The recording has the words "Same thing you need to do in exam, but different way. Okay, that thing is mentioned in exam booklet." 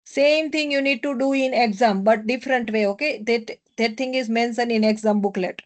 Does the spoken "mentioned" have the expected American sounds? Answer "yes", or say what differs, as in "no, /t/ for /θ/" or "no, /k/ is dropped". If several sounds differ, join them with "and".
no, /d/ is dropped